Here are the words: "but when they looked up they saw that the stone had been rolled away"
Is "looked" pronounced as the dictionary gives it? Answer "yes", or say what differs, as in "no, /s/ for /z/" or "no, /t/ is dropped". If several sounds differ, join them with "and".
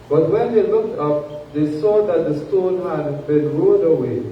yes